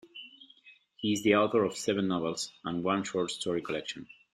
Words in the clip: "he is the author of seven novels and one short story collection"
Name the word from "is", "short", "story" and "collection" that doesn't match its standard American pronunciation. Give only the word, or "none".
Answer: none